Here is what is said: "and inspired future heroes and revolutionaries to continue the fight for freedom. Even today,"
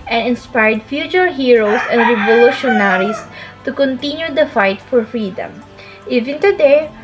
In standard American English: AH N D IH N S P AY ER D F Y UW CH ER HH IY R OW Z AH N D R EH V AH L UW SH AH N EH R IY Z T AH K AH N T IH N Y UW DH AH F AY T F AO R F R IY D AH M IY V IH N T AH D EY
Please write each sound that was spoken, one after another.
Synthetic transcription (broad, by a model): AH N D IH N S P AY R D F Y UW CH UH HH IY R OW S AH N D R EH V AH L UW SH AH N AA R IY S T AH K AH N T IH N Y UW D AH F AY T F AO R F R IY D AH M IY V IH N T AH D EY